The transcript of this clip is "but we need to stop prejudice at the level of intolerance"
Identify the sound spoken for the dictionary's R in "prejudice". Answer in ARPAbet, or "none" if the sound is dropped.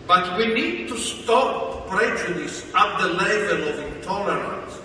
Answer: R